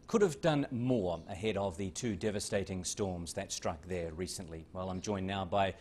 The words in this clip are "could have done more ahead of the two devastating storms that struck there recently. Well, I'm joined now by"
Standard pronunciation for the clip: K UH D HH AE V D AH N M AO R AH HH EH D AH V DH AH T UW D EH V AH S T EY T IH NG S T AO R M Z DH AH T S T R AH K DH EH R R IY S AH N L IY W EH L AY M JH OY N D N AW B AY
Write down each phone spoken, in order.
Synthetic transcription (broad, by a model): K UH D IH V D AH N M AO R AH HH EH D AH V DH AH T UW D EH V AH S T EY T IH NG S T AO R M Z DH AH T S T R AH K DH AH R R IY S AH N L IY W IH L AY M JH OY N N AW B AY